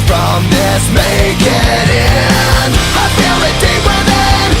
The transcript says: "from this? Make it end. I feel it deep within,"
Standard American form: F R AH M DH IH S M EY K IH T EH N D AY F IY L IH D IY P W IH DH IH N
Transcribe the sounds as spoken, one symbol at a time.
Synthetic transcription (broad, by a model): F R AH M DH IH S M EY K IH T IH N AY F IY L IH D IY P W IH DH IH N